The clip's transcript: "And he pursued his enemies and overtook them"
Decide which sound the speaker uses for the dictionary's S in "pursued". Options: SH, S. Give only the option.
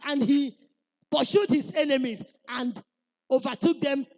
SH